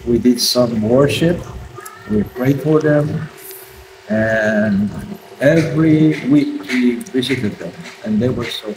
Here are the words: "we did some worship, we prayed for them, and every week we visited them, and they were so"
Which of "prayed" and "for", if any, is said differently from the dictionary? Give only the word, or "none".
none